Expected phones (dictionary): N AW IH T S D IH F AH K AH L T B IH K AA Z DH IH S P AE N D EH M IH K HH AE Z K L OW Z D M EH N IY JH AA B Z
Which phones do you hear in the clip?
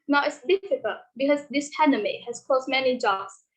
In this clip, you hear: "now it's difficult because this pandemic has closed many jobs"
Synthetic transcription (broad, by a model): N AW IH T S D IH F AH K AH L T B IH K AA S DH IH S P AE N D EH M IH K HH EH S K OW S M EH N IY JH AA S